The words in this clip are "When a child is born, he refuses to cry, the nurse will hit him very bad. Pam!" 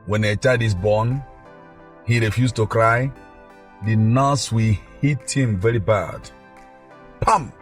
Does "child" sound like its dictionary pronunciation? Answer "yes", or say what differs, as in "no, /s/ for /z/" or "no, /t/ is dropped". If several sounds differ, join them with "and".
no, /l/ is dropped